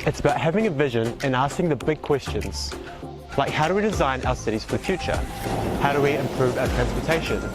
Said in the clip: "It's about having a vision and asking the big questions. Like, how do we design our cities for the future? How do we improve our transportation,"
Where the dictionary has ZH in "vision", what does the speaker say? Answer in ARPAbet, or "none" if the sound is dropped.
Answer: ZH